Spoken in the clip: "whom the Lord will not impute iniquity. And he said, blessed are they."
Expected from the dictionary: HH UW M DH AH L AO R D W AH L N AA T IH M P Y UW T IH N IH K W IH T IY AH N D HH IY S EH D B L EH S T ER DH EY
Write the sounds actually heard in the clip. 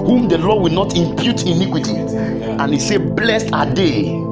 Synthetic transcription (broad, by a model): HH UW M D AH L AO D W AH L N AA T IH M P Y UW T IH N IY K W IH T IY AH N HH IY S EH B L EH S T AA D EY